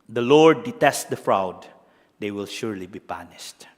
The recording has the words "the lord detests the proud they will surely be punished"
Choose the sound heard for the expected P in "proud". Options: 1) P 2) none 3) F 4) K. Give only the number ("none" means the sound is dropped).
3